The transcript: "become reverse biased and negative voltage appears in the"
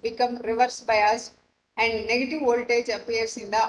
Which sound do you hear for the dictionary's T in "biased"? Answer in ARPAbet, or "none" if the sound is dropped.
none